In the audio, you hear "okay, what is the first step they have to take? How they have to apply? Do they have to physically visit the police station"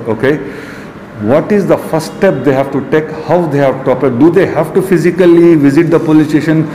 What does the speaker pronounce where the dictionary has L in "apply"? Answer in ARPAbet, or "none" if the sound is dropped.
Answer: none